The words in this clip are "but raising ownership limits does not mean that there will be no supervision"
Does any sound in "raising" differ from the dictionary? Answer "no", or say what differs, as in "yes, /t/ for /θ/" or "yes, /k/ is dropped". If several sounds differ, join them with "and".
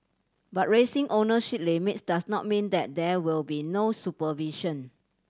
yes, /s/ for /z/